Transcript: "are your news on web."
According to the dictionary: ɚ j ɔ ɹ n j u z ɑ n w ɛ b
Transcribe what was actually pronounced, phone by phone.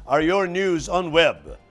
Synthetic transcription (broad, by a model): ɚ j ɔ ɹ n j u z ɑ n w ɛ b